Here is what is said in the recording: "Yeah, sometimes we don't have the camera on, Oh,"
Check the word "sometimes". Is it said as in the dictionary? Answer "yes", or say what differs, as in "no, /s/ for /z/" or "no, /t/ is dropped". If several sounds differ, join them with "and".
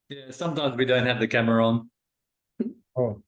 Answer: yes